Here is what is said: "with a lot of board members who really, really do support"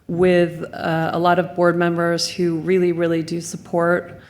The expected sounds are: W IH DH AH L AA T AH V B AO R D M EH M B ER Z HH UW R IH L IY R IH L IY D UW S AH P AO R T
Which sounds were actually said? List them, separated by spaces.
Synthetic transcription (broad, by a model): W IH DH AH L AA T AH V B AO R D M EH M B ER Z HH UW R IH L IY R IH L IY D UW S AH P AO R T